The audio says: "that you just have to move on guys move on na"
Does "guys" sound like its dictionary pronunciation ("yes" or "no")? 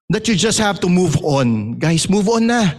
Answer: no